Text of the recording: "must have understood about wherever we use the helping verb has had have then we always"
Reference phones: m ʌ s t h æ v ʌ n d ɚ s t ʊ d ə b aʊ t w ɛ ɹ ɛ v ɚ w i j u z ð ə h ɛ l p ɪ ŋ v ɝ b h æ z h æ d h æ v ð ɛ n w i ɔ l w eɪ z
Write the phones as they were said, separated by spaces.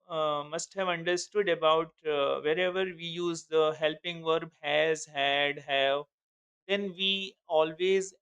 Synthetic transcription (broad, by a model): m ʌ s t h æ v ʌ n d ɚ s t ʊ d ə b aʊ t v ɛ ɹ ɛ v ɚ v i j u z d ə h ɛ l p ɪ ŋ v ɝ b h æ z h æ d h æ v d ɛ n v i ɔ l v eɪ z